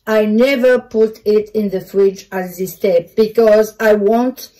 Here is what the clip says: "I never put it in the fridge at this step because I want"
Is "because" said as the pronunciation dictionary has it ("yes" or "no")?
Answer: yes